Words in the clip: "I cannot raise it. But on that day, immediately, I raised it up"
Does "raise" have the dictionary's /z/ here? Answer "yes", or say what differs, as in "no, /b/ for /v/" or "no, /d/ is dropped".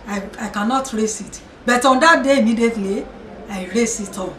no, /s/ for /z/